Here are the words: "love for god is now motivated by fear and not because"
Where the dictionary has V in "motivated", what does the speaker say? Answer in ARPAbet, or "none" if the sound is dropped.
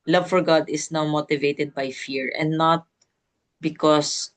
V